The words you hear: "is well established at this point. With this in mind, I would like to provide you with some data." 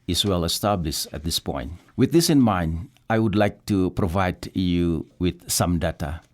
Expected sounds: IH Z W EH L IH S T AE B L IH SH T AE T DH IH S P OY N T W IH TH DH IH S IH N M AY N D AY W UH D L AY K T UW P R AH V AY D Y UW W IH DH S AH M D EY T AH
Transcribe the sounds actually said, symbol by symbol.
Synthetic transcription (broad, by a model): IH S W EH L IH S T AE B L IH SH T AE T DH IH S P OY N T W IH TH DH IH S IH N M AY N D AY W UH D L AY K T UW P R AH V AY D Y UW W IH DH S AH M D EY T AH